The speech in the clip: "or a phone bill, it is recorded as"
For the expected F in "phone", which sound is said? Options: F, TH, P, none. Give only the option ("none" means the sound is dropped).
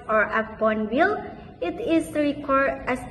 P